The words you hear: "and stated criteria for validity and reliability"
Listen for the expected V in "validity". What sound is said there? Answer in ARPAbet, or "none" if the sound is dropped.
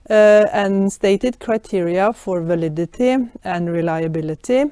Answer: V